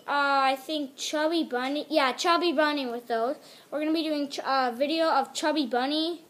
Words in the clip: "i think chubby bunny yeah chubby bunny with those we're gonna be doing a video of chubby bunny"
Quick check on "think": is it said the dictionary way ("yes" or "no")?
yes